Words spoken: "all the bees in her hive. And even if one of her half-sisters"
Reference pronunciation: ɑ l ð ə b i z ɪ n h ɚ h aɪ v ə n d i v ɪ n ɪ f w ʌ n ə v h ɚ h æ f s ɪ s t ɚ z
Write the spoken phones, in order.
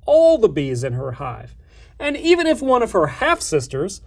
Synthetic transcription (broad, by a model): ɑ l ð ə b i z ɪ n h ɚ h aɪ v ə n i v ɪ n ɪ f w ʌ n ə v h ɚ h æ f s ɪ s t ɚ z